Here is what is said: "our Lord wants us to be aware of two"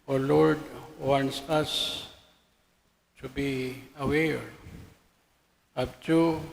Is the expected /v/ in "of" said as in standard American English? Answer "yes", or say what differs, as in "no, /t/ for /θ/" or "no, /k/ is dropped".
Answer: no, /p/ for /v/